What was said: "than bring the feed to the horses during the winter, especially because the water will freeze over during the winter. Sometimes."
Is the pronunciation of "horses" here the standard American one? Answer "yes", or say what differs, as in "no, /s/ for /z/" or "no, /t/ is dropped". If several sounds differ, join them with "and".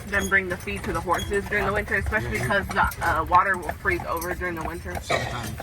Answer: yes